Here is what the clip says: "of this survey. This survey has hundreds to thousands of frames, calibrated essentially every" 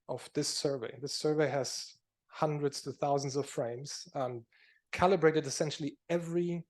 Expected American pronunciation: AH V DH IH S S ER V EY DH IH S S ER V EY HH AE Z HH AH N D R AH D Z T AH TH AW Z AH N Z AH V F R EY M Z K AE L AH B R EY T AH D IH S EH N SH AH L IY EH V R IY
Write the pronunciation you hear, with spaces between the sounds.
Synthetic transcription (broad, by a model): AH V DH IH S S ER V EY DH IH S S ER V EY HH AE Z HH AH N D R AH D Z T AH TH AW Z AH N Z AH V F R EY M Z K AE L AH B R EY T AH D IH S EH N SH L IY EH V R IY